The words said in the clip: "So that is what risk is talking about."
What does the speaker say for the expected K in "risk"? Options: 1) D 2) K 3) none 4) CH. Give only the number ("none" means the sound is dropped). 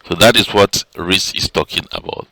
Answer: 3